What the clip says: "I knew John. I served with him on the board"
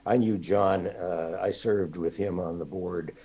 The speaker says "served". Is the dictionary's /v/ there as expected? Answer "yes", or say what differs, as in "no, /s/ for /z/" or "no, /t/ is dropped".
yes